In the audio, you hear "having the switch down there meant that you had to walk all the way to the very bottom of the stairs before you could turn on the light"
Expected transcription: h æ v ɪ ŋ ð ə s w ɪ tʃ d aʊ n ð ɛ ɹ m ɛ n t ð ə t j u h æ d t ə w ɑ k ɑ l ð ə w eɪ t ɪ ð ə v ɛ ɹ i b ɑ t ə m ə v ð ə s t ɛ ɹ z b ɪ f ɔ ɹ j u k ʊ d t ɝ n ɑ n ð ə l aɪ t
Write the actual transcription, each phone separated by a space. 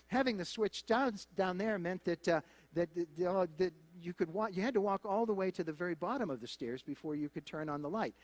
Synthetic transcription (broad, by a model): h æ v ɪ ŋ ð ə s w ɪ tʃ d aʊ n ð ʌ ɹ m ɛ n t ð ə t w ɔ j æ d t ə w ɑ k ɑ l ð ə w eɪ t ɪ ð ə v ɛ ɹ i b ɑ t ə m ə v ð ə s t ɛ ɹ z b ɪ f ɔ ɹ j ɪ k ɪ d t ɝ n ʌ n ð ə l aɪ t